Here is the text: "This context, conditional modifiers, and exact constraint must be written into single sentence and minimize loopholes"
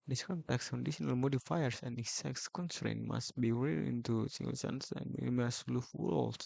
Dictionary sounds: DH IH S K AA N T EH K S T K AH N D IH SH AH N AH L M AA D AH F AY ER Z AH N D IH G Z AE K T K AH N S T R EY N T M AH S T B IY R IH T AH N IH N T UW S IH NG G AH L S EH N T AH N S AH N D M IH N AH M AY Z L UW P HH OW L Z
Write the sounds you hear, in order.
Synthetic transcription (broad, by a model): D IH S K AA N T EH K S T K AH N D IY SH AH N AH L M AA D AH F AY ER S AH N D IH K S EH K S K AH N S T R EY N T M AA S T B IY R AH IH N T UW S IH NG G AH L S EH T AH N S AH N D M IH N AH M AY S L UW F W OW L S